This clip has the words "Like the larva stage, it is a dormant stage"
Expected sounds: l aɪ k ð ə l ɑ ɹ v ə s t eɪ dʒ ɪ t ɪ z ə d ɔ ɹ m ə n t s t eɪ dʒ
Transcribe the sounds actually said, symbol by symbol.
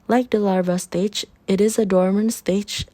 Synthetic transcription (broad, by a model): l aɪ k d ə l ɑ ɹ v ə s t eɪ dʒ ɪ t ɪ z ə d ɔ ɹ m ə n s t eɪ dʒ